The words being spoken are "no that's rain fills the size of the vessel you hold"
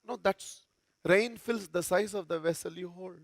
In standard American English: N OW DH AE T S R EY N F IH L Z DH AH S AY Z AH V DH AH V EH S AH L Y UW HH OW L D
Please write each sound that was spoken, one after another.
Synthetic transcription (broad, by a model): N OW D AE T S R EY N F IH L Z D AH S AY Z AH V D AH V EH S AH L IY HH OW L